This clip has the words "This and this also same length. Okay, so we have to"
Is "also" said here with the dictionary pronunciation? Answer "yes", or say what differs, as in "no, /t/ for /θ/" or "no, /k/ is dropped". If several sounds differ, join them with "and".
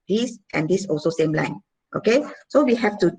yes